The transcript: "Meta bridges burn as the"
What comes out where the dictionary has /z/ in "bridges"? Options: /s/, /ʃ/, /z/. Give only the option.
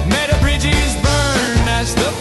/z/